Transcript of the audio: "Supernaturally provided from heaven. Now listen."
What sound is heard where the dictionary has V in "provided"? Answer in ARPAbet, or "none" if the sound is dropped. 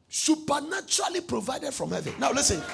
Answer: V